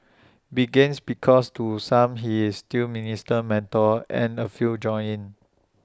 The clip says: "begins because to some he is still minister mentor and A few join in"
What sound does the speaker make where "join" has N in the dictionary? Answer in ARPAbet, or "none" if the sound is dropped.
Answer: none